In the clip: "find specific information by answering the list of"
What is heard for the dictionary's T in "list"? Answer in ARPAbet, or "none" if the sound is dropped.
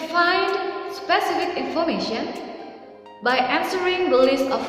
none